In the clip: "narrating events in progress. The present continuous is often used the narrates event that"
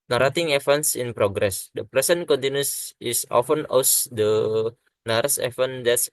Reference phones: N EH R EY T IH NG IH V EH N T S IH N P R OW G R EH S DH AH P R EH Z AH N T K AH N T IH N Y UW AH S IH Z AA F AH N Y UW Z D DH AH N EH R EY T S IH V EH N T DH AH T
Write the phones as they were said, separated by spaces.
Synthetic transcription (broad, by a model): N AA R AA T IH NG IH F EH N S IH N P R OW G R EH S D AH P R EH S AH N K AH N T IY N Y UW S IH S AA F AH N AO S D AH N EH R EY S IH F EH N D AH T